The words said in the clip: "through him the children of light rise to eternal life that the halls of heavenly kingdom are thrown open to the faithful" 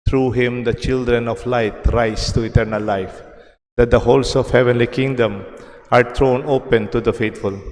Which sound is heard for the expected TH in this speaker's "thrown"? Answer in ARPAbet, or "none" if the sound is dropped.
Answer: T